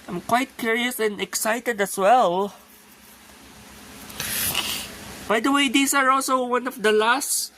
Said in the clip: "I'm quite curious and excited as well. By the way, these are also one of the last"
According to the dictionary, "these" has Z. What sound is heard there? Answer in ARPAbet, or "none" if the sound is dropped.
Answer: S